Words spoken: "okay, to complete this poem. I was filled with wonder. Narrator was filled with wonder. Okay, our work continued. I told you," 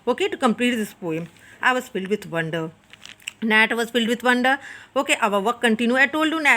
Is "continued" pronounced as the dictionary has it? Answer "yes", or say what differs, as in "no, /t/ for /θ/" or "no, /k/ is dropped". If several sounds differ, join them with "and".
no, /d/ is dropped